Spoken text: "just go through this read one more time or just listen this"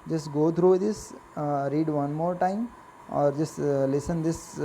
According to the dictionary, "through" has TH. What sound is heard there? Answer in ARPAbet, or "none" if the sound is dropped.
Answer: T